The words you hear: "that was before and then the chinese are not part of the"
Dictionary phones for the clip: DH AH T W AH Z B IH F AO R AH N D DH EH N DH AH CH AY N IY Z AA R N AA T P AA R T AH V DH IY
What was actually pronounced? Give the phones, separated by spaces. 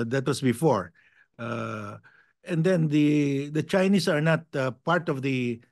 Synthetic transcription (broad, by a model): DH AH T W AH S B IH F AO R AH N D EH N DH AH CH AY N IY S AA R N AA T P AA R T AH V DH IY